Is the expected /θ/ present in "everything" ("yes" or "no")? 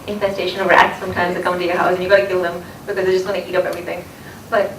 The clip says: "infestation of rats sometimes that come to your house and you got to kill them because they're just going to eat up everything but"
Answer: yes